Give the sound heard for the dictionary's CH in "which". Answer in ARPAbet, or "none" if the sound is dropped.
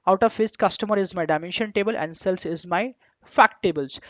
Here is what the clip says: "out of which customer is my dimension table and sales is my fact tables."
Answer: S